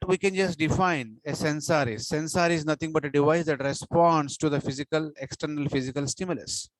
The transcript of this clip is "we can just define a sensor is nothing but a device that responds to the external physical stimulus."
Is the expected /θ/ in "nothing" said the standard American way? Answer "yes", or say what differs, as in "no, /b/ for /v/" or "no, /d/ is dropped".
no, /t/ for /θ/